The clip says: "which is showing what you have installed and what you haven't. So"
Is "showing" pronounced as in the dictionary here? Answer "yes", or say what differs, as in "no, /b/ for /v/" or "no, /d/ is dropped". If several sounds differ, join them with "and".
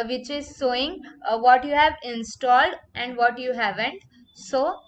no, /s/ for /ʃ/